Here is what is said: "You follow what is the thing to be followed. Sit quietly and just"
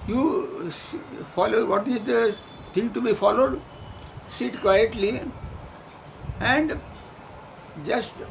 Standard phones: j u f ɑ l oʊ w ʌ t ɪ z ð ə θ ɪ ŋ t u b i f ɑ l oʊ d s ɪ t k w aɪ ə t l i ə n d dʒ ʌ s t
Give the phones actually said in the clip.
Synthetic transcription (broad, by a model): j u f ɑ l oʊ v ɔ t ɪ z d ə t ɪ ŋ t u b i f ɑ l oʊ d s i t k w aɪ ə t l i ə n d dʒ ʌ s t